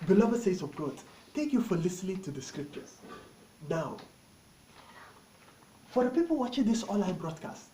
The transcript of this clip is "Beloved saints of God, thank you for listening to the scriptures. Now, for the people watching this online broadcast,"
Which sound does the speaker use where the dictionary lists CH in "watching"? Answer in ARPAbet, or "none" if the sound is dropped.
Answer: CH